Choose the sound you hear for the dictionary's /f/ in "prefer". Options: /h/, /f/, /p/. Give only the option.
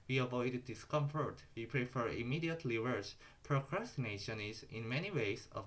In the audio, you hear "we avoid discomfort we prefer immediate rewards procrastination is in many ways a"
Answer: /f/